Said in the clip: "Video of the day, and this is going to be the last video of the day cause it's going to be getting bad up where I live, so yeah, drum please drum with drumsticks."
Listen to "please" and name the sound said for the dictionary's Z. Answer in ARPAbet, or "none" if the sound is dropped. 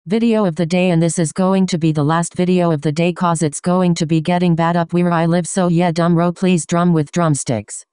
Z